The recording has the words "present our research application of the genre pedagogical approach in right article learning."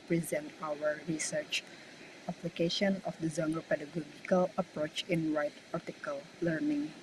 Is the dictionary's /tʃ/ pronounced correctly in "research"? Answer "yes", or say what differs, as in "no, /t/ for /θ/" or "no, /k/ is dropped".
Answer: yes